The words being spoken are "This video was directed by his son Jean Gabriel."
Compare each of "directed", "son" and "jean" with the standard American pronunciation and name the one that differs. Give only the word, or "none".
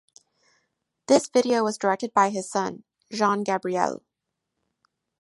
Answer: jean